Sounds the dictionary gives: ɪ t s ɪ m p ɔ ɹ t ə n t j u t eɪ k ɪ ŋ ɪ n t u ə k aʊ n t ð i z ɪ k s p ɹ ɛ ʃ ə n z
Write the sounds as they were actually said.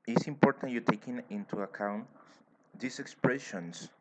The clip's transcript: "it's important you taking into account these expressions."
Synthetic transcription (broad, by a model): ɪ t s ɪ m p ɔ ɹ t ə n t j u t eɪ k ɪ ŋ ɪ n t u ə k aʊ n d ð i s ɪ k s p ɹ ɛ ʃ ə n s